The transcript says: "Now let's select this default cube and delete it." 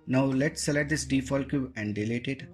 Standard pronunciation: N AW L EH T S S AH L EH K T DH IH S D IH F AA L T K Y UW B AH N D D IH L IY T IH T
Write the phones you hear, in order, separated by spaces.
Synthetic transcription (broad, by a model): N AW L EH T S S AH L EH T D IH S D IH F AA L K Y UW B AH N D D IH L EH T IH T